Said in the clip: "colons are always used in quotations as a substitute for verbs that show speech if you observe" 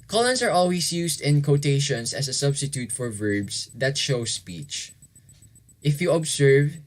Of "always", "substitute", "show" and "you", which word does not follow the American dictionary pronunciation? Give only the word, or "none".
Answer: always